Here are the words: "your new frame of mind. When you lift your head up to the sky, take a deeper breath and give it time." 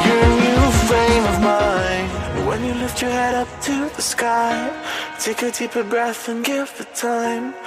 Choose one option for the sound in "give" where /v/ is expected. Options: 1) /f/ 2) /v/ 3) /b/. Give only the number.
1